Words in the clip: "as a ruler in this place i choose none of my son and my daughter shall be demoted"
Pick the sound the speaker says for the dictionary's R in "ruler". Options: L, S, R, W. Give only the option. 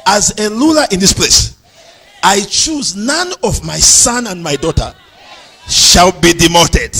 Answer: L